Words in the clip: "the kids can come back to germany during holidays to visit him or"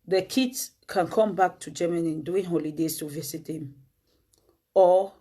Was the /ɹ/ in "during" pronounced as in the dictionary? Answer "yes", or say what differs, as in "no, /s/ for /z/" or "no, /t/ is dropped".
no, /ɹ/ is dropped